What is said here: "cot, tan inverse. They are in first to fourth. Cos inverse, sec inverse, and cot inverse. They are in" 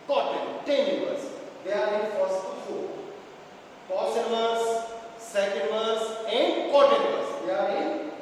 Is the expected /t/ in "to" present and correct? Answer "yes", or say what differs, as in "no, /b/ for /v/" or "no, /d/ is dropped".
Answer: no, /s/ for /t/